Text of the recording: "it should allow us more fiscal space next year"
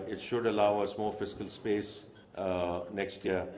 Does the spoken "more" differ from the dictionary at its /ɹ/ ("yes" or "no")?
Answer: yes